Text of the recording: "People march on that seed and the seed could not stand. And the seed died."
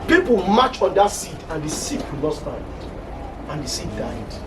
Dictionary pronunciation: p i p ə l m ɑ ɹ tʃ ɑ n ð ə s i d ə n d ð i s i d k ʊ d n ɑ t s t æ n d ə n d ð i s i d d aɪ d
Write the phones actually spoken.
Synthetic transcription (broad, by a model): p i p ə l m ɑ tʃ ɑ n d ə s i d ə n d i s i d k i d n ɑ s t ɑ d ə n d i s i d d aɪ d